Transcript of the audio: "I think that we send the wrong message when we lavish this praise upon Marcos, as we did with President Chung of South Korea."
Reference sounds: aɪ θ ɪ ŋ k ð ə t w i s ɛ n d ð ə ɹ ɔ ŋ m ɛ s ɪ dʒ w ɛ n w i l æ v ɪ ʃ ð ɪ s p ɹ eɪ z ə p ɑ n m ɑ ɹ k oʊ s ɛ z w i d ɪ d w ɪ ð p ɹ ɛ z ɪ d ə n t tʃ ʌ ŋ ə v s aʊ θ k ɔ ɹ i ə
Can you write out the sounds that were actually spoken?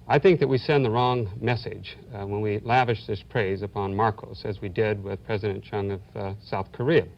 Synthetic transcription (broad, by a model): aɪ θ ɪ ŋ k ð ə t w i s ɛ n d ð ə ɹ ɔ ŋ m ɛ s ɪ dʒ w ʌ n w i l æ v ɪ ʃ ð ɪ s p ɹ eɪ z ə p ɑ n m ɑ ɹ k oʊ s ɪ z w i d ɪ d w ɪ ð p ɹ ɛ z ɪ d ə n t tʃ ʌ ŋ ə v s aʊ θ k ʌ ɹ i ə